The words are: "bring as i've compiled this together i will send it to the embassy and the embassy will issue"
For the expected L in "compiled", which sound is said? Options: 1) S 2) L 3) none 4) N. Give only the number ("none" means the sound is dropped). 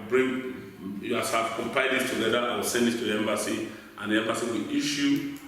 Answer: 3